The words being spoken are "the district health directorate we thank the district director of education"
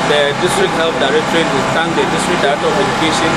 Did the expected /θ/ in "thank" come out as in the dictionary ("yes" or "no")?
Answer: no